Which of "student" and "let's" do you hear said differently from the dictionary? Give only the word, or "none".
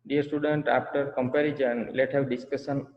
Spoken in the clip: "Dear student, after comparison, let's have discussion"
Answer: let's